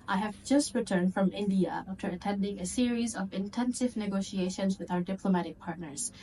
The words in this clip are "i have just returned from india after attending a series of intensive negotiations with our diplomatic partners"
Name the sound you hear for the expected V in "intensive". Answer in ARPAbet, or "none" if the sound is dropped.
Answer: V